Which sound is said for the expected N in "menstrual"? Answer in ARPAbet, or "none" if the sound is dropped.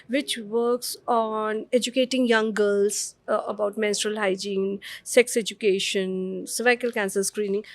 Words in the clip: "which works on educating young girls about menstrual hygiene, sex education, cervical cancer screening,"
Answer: N